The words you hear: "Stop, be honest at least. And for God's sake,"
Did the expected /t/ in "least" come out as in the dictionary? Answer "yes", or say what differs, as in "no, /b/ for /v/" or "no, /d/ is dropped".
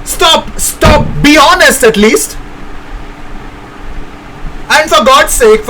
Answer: yes